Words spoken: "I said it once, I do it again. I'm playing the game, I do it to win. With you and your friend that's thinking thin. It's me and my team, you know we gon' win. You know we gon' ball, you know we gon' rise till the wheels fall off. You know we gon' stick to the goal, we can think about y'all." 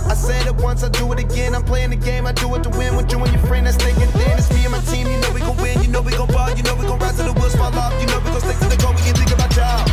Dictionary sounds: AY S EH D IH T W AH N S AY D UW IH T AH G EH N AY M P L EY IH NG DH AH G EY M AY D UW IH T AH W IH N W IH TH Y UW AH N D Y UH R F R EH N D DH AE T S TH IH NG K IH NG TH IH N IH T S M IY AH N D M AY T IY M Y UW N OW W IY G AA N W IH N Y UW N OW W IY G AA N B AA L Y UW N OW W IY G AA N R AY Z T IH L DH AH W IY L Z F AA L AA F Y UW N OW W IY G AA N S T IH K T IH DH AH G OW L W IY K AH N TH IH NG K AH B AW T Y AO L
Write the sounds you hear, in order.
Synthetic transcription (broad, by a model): AY S EH D IH T W AH N S AY D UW IH T AH G EH N AY M P L EY IH NG DH AH G EY M AY D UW IH T AH W IH N W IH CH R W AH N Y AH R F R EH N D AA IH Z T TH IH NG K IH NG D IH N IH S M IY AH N M AY T IY M Y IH N OW W IY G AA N W IH N Y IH N OW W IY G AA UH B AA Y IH N OW W IY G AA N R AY T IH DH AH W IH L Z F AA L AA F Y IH N OW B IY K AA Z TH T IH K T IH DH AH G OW W IY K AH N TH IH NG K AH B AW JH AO